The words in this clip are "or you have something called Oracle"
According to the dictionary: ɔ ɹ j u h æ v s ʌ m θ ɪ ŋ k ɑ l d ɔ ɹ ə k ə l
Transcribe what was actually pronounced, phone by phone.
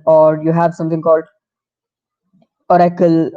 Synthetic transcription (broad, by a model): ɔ ɹ j u h æ v s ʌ m t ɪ ŋ k ɑ l d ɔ ɹ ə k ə l